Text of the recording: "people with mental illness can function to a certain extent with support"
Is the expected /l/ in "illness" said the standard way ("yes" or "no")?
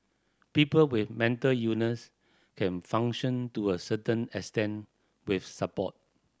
no